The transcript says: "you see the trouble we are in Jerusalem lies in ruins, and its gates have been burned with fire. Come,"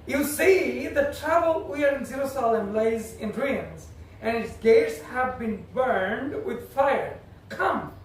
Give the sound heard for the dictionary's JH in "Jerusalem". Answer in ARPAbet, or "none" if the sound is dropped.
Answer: Z